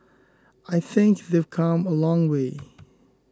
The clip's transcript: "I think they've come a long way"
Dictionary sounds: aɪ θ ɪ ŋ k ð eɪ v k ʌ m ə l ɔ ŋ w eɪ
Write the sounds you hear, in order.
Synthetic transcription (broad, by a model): aɪ θ ɪ ŋ k ð eɪ v k ʌ m ə l ɔ ŋ w eɪ